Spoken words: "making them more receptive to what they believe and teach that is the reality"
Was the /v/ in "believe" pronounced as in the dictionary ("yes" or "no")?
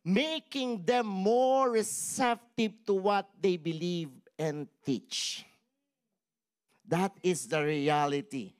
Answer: yes